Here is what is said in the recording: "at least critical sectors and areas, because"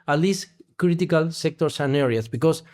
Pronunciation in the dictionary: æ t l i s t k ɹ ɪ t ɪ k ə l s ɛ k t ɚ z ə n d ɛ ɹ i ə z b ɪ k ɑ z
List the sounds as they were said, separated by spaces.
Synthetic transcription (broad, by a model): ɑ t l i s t k ɹ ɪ t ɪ k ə l s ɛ k t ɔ s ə n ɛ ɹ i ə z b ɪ k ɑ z